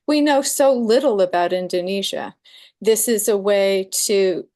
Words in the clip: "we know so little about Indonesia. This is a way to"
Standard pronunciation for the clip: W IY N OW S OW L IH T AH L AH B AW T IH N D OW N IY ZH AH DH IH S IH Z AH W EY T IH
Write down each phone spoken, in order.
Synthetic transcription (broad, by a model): W IY N OW S OW L IH T L AH B AW T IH N D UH N IY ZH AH DH IH S IH Z AH W EY T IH